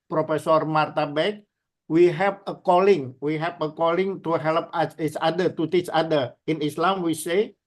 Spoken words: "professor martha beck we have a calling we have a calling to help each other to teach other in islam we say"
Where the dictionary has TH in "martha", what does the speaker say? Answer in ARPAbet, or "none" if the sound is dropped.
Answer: T